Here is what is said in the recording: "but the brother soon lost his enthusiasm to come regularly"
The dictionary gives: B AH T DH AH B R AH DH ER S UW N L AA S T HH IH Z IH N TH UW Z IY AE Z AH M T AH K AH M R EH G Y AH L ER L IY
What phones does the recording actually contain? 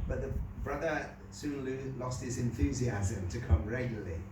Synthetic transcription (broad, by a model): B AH T DH AH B R AH DH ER S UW L L AA S T HH IH Z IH N TH UW Z IY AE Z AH M T AH K AH M R EH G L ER L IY